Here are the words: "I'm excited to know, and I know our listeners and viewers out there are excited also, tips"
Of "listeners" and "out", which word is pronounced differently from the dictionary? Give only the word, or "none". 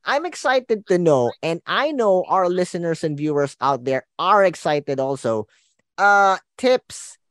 listeners